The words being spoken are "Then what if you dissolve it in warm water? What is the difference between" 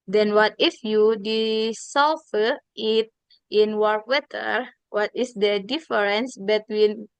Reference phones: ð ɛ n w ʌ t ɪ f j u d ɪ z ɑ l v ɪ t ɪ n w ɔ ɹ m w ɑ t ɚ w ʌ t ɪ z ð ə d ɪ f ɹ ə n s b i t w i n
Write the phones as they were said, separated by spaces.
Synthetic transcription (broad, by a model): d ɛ n w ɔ t ɪ f j u d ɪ s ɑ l f ɪ t ɪ n w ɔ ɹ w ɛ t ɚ w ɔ t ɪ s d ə d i f ɹ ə n s b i t w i n